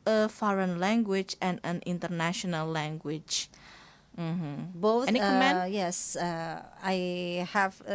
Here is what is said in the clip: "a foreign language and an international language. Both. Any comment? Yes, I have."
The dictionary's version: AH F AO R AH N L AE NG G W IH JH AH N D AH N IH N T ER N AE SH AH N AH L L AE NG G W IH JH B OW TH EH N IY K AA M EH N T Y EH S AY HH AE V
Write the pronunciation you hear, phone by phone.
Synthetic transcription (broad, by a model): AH F AO R AH N L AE NG G W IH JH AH N AH N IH N T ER N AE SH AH N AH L L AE NG G W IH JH B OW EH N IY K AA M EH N Y EH S AY HH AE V